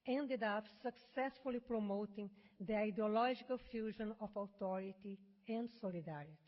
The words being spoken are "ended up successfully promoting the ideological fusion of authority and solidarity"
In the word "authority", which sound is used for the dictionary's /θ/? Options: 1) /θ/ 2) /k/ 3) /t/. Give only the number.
3